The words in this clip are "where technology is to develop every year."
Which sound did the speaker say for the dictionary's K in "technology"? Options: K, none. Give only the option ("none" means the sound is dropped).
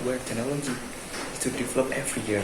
none